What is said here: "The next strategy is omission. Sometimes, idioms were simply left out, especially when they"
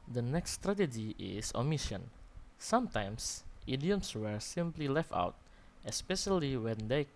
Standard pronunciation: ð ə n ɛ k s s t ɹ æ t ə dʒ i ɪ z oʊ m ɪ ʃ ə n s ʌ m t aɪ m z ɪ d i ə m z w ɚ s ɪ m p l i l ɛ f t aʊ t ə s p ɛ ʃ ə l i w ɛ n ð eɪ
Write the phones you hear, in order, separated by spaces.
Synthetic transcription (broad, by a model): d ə n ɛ k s s t ɹ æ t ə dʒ i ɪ s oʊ m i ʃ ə n s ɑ m t aɪ m s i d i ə m s w ɚ s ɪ m p l i l ɛ f t aʊ t ə s p ɛ ʃ ə l i w ɛ n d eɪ